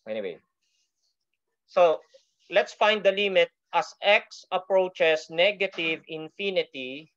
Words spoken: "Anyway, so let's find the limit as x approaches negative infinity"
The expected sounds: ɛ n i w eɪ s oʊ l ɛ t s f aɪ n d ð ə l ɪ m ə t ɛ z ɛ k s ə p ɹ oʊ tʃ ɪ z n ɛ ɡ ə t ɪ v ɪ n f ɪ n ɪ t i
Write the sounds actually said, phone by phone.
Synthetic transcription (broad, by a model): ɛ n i w eɪ s oʊ l ɛ t s f aɪ n d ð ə l ɪ m ə t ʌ s ɛ k s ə p ɹ oʊ tʃ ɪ s n ɛ ɡ ə t ɪ v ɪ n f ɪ n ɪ t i